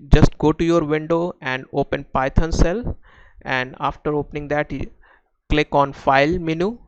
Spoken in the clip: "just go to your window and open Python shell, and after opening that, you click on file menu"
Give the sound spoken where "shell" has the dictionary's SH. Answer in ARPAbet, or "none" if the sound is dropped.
S